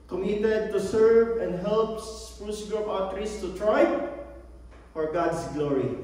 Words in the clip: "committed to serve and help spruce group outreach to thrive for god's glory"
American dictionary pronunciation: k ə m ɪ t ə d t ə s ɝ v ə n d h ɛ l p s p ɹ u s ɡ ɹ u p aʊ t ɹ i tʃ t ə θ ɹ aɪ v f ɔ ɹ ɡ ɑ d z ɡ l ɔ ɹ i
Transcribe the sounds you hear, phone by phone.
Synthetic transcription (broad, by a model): k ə m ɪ t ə d t ə s ɝ v ə n d h ɛ l p s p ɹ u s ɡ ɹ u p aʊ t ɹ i s t ə t ɹ aɪ f ɔ ɹ ɡ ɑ d s ɡ l ɔ ɹ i